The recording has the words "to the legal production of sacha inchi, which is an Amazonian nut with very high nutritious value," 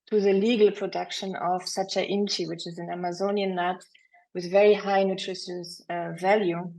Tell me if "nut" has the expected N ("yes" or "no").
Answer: no